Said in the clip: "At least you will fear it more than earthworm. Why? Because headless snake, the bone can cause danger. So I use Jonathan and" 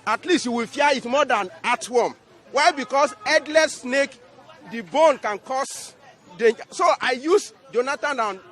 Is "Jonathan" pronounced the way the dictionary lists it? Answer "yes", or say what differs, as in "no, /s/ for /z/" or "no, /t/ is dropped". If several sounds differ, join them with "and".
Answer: no, /t/ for /θ/